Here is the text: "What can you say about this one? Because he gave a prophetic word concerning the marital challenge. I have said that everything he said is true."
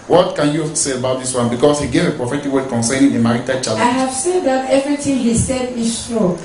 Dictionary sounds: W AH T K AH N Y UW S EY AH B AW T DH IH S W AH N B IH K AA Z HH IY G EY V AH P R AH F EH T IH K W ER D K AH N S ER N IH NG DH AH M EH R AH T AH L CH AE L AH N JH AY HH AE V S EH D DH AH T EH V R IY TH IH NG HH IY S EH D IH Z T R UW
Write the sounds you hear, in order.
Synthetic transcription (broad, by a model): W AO T K AH N Y UW S EY AH B AW T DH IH S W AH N B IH K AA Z HH IY G EY V AH P R AH F EH T IH K W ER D K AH N S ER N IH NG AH M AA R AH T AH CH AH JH AY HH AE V S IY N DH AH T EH V R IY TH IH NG HH IY S EH D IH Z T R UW